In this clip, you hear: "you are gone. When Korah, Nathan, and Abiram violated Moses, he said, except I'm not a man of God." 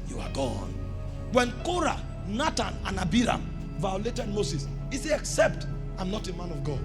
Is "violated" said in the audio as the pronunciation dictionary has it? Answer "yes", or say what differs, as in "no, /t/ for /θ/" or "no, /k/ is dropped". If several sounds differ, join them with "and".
yes